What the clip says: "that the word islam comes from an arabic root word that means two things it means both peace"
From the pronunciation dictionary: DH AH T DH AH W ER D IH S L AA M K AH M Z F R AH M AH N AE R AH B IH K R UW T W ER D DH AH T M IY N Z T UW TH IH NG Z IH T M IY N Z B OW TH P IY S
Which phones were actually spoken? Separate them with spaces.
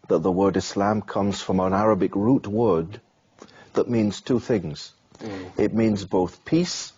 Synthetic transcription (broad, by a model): DH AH T DH AH W ER D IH S L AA M K AH M Z F R AH M AH N AE R AH B IH K R UW T W ER D DH AH T M IY N Z T UW TH IH NG Z IH T M IY N Z B OW TH P IY S